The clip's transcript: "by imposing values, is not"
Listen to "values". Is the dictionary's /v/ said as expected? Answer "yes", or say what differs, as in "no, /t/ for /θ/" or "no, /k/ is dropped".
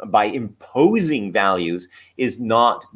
yes